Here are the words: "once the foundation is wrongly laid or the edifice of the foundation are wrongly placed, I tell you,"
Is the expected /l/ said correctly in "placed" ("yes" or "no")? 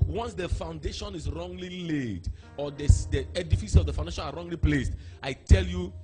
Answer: yes